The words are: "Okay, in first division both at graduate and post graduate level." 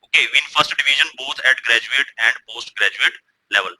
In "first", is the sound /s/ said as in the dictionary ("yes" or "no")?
yes